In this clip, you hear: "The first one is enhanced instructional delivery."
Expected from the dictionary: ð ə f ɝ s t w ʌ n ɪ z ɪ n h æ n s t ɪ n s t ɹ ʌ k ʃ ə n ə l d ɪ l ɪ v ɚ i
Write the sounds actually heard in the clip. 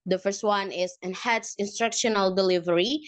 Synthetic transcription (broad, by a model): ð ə f ɝ s t w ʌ n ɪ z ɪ n h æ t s ɪ n s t ɹ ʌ k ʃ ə n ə l d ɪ l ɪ v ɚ i